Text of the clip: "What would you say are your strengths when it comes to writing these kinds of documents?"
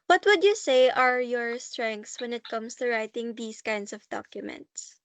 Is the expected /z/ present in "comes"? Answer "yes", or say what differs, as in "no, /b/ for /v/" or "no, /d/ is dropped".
no, /s/ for /z/